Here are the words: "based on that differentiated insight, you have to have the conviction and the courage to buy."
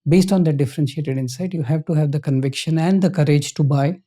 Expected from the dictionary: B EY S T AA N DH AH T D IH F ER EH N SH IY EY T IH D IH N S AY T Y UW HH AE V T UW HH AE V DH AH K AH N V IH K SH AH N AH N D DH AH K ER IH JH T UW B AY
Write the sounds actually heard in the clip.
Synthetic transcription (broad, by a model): B EY S T AA N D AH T D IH F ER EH N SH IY EY T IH D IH N S AY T Y UW HH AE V T UW HH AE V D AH K AH N V IH K SH AH N AH N D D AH K ER IH JH T UW B AY